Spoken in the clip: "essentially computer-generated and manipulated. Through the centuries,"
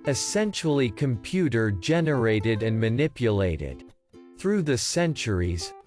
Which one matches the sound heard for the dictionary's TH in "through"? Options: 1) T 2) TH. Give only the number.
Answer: 2